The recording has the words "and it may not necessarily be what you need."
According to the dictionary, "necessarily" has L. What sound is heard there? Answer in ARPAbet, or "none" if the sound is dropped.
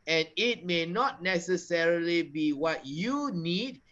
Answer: L